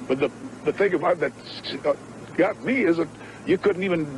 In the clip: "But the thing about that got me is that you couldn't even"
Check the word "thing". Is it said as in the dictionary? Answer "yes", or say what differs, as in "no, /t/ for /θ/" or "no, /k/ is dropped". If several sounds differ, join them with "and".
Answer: yes